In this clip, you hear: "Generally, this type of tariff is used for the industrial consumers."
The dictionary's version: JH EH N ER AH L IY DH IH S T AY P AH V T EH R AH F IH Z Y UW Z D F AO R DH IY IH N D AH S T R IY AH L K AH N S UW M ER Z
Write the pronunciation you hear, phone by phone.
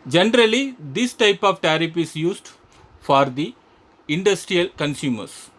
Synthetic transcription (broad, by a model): JH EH N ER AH L IY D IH S T AY P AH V T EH R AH P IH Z Y UW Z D F AO R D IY IH N D AH S T R IY AH L K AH N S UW M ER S